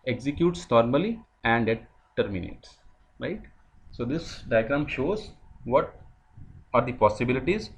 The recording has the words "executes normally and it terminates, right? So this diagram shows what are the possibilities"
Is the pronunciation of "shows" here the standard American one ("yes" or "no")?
yes